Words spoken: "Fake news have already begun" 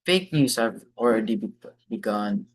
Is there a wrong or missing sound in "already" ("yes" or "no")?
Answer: yes